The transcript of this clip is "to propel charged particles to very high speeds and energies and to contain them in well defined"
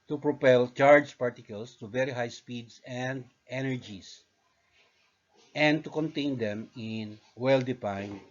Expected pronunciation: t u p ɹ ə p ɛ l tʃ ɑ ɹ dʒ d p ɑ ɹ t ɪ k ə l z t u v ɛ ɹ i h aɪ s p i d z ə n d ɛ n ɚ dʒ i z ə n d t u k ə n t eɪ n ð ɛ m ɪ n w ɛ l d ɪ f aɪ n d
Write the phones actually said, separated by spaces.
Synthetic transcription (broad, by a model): t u p ɹ ə p ɛ l tʃ ɑ ɹ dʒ p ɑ ɹ t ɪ k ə l s t u v ɛ ɹ i h aɪ s p i d s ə n d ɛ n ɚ dʒ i s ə n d t u k ə n t eɪ n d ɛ m ɪ n w ɛ l d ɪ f aɪ n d